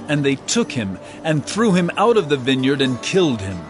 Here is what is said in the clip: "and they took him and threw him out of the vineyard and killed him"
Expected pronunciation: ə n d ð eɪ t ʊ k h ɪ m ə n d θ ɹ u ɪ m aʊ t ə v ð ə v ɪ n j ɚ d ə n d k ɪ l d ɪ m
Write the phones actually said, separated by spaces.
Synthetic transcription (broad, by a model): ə n ð eɪ t ʊ k h ɪ m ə n θ ɹ u ɪ m aʊ t ə v ð ə v ɪ n j ɚ d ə n k ɪ l d ɪ m